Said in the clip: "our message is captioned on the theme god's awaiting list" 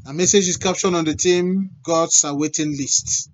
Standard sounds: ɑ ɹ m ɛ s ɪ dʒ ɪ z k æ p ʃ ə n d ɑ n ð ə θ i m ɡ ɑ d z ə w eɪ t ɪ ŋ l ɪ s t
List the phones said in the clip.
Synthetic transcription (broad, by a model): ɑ m ɛ s ɪ dʒ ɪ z k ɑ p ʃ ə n ɑ n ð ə t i m ɡ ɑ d s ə w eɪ t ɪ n l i s t